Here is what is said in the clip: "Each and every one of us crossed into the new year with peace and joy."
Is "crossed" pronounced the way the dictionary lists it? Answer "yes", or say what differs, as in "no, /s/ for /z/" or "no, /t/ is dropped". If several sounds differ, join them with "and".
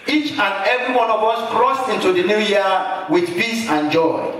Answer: yes